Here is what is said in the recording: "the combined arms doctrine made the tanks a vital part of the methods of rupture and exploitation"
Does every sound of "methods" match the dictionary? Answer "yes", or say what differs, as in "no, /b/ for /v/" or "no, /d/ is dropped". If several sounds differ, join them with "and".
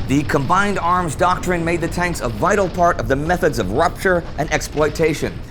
yes